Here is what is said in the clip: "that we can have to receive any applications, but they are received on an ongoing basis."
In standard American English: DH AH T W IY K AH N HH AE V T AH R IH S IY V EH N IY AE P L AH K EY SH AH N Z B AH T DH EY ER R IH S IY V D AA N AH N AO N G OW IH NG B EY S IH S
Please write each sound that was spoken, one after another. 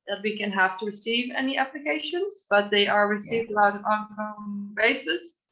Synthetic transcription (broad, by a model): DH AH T W IY K AH N HH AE F T AH R IH S IY V EH N IY AE P L AH K EY SH AH N Z B AH T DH EY ER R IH S IY V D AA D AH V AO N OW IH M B EY S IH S